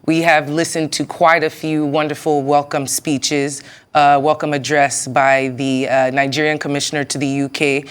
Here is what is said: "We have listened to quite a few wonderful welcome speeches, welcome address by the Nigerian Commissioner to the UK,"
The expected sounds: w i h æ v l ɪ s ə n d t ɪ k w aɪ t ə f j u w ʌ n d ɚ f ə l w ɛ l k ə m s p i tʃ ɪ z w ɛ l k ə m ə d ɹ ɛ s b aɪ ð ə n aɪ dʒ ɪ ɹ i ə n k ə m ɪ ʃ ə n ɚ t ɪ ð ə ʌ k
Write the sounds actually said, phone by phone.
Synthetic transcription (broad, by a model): w i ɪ v l ɪ s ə n t ɪ k w aɪ t ə f j u w ʌ n d ɚ f l w ɛ l k ə m s p i tʃ ɪ z w ɛ l k ə m ə d ɹ ɛ s b aɪ ð ə n aɪ dʒ ɪ ɹ i ə n k ə m ɪ ʃ ə n ɚ t ɪ ð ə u k